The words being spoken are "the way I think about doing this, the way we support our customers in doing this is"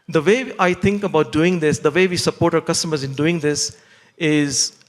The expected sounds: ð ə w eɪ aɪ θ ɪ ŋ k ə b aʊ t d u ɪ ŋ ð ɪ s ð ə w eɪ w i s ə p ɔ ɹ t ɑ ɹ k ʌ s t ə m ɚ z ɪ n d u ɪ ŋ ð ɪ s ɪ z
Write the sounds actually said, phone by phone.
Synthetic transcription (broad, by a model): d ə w eɪ aɪ t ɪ ŋ k ə b aʊ t d u ɪ ŋ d ɪ s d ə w eɪ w i s ə p ɔ ɹ t ɑ ɹ k ʌ s t ə m ɚ z ɪ n d u ɪ ŋ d ɪ s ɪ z